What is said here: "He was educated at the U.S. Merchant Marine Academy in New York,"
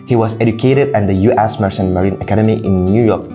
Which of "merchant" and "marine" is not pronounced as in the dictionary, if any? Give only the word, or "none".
merchant